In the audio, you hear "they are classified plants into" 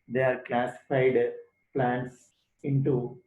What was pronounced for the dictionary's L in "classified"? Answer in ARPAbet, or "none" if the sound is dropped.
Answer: L